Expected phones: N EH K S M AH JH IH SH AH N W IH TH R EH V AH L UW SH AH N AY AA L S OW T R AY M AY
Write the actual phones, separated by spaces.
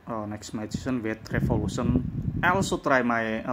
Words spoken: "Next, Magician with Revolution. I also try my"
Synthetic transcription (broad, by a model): N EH K S M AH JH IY S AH N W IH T R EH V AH L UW S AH N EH L S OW T R AY M AY